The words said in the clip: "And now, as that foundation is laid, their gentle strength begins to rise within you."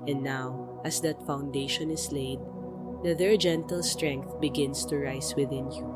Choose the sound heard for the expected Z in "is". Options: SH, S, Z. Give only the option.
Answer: S